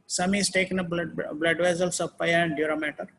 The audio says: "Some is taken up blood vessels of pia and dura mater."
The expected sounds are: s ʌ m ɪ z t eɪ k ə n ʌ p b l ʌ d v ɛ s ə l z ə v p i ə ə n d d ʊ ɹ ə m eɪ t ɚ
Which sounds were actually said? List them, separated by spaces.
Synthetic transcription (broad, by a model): s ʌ m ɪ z t eɪ k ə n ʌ b b l ʌ d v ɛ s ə l s ə v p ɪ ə ə n d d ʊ ɹ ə m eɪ t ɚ